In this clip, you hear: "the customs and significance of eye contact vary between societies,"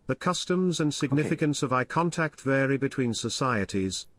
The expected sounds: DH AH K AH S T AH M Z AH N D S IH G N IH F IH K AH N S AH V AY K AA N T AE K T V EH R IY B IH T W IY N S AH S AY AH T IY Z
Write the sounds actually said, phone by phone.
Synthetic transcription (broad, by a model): DH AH K AH S T AH M Z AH N S IH G N IH F IH K AH N S AH V AY K AA N T AE K T V EH R IY B IH T W IY N S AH S AY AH T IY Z